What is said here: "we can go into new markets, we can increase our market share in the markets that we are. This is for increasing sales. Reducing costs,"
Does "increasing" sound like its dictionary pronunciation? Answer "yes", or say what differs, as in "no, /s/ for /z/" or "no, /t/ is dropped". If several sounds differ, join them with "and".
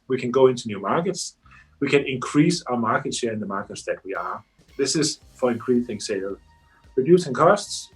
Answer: no, /θ/ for /s/